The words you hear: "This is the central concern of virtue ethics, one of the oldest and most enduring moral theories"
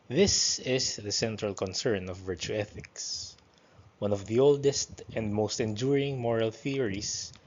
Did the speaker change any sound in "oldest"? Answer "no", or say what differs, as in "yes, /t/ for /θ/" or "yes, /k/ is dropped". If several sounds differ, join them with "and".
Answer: no